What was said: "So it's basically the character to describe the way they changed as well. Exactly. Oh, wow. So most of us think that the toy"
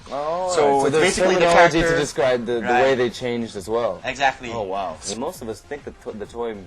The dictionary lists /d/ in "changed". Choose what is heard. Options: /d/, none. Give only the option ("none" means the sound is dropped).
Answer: /d/